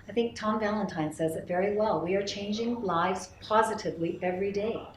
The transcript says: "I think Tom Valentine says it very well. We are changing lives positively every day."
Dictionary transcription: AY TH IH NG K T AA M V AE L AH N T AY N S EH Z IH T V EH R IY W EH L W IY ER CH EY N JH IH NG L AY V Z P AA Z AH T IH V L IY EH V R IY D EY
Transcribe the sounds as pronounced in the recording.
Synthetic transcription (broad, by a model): AY TH IH NG K T AA M V AE L AH N T AY N S EH Z IH T V EH R IY W EH L W IY ER CH EY N JH IH NG L AY V Z P AA Z AH T IH V L IY EH V R IY D EY